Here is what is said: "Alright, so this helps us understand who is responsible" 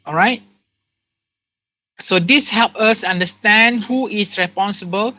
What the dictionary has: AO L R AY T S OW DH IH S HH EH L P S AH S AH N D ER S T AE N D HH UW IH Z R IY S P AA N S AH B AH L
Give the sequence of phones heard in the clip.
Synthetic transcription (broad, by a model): AO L R AY T S OW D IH S HH EH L P AH S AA N D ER S T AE N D HH UW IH S R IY S P AA N S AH B AH L